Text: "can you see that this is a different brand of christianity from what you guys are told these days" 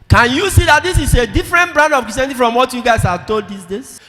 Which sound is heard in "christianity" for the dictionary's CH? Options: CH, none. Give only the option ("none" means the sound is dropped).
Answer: none